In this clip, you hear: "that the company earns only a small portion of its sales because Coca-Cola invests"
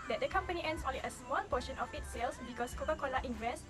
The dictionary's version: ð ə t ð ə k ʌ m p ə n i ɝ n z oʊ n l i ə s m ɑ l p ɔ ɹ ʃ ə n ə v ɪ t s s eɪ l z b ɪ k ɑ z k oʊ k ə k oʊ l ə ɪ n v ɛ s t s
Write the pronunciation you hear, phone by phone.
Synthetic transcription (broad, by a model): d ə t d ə k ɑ m p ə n i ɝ n s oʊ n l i ə s m ɑ l p ɔ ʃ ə n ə f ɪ t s s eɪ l s b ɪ k ɑ s k oʊ k ə k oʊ l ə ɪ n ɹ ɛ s s